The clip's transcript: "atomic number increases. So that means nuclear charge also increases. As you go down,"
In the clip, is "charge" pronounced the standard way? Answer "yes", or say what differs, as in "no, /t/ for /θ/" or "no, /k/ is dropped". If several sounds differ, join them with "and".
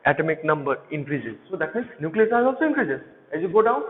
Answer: no, /s/ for /tʃ/